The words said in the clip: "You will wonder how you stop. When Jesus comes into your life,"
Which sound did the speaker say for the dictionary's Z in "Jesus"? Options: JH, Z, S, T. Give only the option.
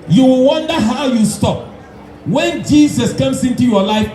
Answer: S